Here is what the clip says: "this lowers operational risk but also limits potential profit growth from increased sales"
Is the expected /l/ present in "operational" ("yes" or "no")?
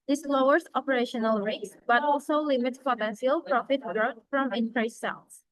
yes